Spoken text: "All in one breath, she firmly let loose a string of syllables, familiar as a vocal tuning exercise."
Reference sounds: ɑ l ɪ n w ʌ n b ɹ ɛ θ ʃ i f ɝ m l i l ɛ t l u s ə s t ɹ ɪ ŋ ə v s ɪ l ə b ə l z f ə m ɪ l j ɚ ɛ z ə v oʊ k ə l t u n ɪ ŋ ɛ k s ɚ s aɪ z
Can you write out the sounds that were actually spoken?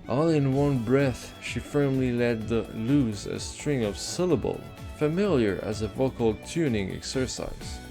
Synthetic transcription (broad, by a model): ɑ l ɪ n w ʌ n b ɹ ɛ θ ʃ i f ɝ m l i l ɛ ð l u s ə s t ɹ ɪ ŋ ə v s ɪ l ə b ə l f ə m ɪ l j ɚ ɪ z ə v oʊ k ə l t u n ɪ ŋ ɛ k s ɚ s aɪ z